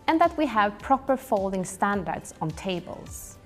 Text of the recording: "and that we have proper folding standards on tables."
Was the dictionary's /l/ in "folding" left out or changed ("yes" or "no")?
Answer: no